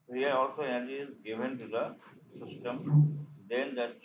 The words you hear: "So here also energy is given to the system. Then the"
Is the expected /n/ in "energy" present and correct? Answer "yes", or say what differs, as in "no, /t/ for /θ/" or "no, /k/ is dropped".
no, /n/ is dropped